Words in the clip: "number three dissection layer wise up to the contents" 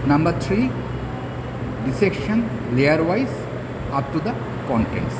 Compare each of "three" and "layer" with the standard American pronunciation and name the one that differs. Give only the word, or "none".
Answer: three